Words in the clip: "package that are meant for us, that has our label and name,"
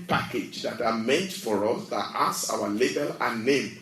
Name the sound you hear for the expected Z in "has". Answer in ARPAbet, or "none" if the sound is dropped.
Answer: S